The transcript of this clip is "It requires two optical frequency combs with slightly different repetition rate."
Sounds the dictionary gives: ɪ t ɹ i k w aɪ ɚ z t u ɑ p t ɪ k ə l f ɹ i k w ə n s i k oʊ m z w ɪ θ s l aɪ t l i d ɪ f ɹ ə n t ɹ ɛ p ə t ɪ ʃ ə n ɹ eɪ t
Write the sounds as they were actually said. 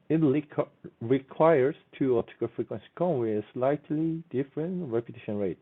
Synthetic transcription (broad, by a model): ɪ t ɹ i k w aɪ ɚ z t u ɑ t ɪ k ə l f ɹ i k w ə n s i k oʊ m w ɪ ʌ s l aɪ t l i d ɪ f ɹ ə n t ɹ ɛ p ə t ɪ ʃ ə n ɹ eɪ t